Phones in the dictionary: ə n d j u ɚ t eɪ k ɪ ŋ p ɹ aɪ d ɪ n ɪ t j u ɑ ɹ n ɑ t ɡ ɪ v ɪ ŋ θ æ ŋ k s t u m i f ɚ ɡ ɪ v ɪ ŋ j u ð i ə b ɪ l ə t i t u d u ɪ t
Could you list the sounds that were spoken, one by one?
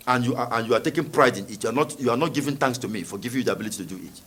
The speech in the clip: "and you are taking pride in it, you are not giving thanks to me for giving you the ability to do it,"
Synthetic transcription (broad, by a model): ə n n j u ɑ t eɪ k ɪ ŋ p ɹ aɪ d ɪ n ɪ t j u ɑ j n ɑ t ɡ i v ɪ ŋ t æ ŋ k s t u m i f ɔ ɡ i v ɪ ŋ j u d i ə b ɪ l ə t i t u d u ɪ t